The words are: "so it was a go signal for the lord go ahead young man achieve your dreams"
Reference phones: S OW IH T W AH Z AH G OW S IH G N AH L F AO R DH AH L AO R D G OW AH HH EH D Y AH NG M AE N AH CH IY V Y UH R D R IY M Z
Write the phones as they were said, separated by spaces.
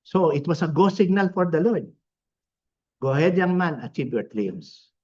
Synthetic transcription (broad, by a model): S OW IH T W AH S AH G OW S IH G N AH L F AO R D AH L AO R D G OW HH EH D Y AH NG M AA N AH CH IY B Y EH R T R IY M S